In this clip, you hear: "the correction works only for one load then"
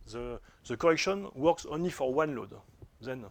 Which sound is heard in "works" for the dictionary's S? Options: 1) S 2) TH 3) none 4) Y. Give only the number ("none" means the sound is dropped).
1